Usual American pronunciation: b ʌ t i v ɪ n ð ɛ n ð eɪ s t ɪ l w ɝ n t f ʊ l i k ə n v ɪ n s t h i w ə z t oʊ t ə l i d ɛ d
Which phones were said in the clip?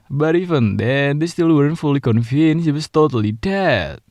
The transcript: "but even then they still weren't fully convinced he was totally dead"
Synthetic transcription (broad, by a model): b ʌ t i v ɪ n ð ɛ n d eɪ s t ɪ l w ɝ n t f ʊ l i k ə n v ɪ n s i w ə s t oʊ t ə l i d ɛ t